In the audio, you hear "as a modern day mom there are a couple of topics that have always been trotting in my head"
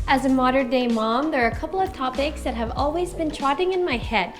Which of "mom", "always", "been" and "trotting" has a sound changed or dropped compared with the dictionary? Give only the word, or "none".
none